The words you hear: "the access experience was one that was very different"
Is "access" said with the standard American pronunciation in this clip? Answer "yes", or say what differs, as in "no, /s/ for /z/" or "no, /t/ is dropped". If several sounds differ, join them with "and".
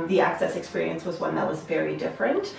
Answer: yes